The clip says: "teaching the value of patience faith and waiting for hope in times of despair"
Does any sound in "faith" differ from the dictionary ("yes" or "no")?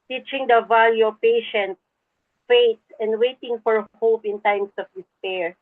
yes